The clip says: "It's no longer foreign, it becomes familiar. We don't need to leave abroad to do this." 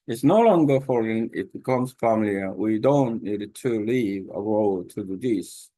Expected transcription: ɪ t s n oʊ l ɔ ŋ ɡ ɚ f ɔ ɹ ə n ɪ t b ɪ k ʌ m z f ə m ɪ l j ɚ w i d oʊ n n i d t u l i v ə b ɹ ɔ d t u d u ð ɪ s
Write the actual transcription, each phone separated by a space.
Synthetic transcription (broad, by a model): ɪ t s n oʊ l ɔ ŋ ɡ ɚ f ɔ ɹ ə n ɪ t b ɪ k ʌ m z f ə m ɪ l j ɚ w i d oʊ n n i d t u l i v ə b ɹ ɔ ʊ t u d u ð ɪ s